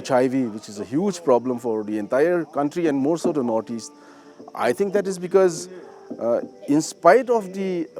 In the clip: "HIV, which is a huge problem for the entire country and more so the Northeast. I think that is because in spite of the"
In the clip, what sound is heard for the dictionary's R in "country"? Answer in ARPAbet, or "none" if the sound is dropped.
R